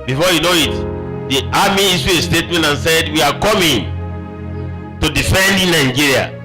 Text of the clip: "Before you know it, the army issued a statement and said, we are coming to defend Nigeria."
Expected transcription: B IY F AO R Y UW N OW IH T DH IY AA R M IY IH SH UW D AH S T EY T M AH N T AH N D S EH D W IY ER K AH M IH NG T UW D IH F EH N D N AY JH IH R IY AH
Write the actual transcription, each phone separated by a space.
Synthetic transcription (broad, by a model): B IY F AO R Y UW N OW IH T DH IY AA M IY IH S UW AH S T EY T M AH N T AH N S EH D W IY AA K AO M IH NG T UW D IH F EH N D N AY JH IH R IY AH